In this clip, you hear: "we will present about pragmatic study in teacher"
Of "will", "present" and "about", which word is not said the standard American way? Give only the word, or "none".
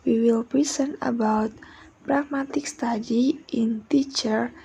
present